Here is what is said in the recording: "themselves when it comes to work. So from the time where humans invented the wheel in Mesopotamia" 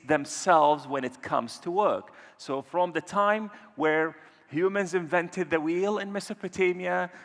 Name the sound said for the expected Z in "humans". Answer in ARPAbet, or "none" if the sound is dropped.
Z